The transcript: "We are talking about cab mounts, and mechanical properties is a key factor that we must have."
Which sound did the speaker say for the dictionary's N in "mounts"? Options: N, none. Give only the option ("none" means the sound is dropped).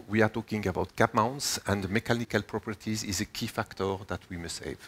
N